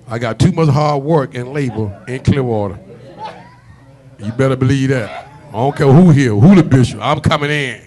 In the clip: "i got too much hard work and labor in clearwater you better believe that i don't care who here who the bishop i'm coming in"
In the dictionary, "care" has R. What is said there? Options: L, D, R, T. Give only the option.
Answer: L